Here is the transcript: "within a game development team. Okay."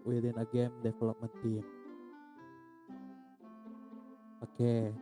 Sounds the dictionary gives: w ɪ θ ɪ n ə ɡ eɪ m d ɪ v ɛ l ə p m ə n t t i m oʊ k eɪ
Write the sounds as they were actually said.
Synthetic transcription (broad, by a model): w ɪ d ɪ n ə ɡ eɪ m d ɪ f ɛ l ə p m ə n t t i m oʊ k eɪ